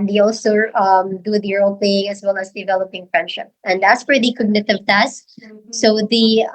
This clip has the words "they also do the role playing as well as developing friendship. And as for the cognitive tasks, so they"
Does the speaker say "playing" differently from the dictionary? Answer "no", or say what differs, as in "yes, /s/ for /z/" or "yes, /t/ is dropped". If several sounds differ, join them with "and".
yes, /l/ is dropped